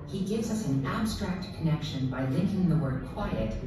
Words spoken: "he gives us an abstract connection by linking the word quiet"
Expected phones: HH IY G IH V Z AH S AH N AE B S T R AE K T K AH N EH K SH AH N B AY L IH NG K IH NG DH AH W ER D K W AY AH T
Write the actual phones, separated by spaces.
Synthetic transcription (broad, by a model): HH IY G IH V Z AH S N AE B S T R AE K T K AH N EH K SH AH N B AY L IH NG K IH NG DH AH W ER D K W AY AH T